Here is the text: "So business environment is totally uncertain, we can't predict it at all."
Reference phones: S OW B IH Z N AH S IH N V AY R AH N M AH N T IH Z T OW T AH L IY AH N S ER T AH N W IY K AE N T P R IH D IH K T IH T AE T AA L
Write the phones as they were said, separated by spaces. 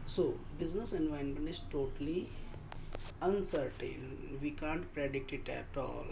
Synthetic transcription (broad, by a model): S OW B IH Z N AH S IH N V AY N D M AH N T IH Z T OW T AH L IY AH N S ER T AH N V IY K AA N T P R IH D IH T IH T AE T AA L